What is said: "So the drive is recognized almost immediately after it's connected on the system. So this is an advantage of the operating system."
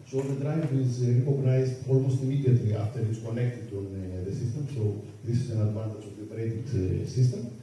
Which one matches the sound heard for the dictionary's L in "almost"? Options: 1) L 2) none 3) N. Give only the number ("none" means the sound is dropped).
1